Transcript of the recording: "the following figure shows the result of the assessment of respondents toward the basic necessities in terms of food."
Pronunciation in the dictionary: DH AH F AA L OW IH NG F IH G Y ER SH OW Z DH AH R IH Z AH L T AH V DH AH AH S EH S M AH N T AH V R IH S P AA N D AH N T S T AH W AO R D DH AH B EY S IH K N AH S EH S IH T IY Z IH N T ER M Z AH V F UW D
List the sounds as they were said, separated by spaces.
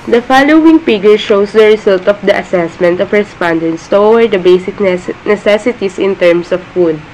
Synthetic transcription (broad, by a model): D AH F AA L OW IH NG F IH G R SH OW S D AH R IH S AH L T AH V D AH AH S EH S M AH N T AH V R IH S P AA N D AH N T S T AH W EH R D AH B EY S IH K N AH S EH S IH T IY S IH N T ER M S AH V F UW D